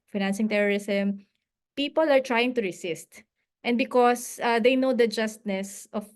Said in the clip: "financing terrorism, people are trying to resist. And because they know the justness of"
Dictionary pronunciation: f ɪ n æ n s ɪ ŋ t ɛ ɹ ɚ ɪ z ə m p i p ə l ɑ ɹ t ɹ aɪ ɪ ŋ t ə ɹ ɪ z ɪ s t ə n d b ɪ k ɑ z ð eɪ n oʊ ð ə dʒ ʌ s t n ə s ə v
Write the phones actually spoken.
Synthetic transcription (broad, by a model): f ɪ n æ n s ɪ ŋ t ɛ ɹ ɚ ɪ s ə m p i p ə l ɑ ɹ t ɹ aɪ ɪ ŋ t ə ɹ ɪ s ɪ s t ə n d b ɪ k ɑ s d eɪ n oʊ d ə dʒ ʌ s t n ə s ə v